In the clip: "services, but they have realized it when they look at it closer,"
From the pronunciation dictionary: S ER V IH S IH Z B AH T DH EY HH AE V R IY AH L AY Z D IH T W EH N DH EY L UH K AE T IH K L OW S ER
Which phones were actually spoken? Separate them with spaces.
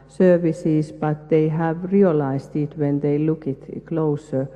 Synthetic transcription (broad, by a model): S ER V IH S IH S B AH T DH EY HH AE V R IY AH L AY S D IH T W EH N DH EY L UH K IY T K L OW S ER